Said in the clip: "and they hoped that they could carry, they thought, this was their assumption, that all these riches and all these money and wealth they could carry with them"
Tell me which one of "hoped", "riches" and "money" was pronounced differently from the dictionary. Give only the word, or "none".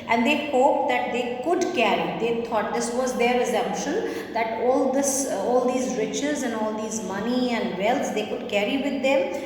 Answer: none